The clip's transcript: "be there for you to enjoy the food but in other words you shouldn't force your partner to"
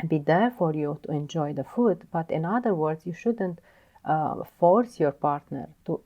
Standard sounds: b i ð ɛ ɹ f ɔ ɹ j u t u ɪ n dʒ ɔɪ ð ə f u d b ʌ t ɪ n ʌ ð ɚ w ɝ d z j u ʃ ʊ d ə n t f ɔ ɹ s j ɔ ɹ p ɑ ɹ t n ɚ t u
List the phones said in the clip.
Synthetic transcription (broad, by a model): b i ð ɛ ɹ f ɔ ɹ j u t u ɪ n dʒ ɔɪ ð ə f u d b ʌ t ɪ n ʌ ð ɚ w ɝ d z j u ʃ ʊ d ə n t f ɔ ɹ s j ɔ ɹ p ɑ ɹ t n ɚ t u